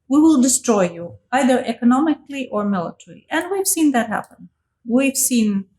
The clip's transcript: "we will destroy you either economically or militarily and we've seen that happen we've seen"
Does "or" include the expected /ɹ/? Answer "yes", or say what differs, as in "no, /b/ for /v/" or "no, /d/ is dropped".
yes